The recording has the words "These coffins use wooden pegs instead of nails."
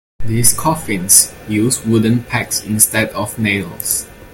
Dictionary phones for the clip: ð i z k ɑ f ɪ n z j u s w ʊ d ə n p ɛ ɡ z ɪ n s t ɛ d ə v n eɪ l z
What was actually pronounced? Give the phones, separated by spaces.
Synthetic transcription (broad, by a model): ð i s k ɑ f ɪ n s j u s w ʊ d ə n p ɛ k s ɪ n s t ɛ d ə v n eɪ l s